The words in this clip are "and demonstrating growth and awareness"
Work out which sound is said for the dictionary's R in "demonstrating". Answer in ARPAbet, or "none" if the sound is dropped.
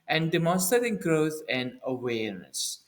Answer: none